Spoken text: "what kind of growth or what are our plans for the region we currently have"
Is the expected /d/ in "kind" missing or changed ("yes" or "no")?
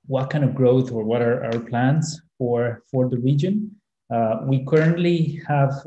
yes